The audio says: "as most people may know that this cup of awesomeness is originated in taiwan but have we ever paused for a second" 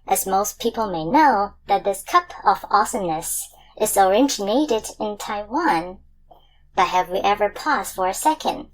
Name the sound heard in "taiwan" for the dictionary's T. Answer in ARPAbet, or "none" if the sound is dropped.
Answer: T